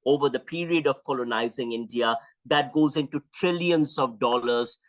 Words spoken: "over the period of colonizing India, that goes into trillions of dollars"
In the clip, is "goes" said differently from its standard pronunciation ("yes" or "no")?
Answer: no